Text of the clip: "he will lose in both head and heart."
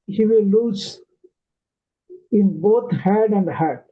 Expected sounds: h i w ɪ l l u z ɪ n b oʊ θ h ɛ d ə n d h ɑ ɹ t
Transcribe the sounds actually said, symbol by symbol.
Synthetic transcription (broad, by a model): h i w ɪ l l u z ɪ n b oʊ t h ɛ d ə n d h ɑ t